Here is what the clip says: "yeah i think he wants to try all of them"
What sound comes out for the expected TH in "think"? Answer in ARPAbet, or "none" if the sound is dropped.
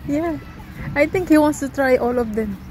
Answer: T